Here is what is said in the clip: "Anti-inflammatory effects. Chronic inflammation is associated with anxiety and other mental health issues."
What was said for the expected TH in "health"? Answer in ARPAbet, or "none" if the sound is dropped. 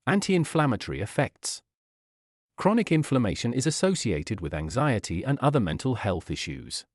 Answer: TH